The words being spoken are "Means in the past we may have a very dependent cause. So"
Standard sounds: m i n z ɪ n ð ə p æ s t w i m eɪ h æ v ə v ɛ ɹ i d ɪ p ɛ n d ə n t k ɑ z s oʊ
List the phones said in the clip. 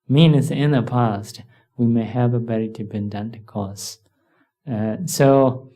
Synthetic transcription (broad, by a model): m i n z ɪ n ð ə p æ s t w i m eɪ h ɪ v ə b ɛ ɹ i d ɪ b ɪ n d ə n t k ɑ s s oʊ